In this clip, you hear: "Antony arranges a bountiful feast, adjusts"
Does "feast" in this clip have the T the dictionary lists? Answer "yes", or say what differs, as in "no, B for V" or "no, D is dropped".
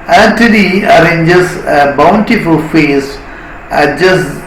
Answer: no, T is dropped